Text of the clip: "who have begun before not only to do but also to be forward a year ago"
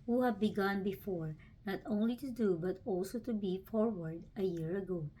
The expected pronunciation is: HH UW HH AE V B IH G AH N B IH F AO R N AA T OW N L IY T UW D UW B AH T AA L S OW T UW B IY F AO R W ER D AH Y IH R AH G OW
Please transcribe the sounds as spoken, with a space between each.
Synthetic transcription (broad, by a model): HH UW HH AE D B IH G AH N B IH F AO R N AA T OW N L IY T UW D UW B AH T AA L S OW T UW B IY F AO R W ER D AH Y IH R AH G OW